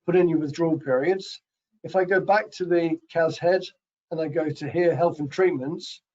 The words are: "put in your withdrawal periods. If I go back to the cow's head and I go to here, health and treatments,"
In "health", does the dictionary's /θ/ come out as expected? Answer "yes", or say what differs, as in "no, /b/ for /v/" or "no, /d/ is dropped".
yes